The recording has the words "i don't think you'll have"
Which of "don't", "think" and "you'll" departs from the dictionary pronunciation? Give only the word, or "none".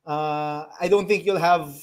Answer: think